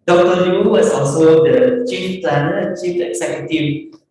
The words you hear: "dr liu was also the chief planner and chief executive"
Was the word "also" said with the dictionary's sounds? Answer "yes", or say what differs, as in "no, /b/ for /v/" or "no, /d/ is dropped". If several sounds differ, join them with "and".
no, /l/ is dropped